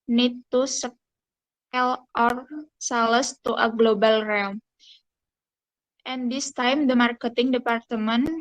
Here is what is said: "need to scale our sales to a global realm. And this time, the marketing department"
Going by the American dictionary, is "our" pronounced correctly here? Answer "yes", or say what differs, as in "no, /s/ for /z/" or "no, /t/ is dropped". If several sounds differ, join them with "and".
yes